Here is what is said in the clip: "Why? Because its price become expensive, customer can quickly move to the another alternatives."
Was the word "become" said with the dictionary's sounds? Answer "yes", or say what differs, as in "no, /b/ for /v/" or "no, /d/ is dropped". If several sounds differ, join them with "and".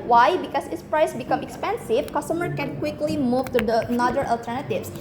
yes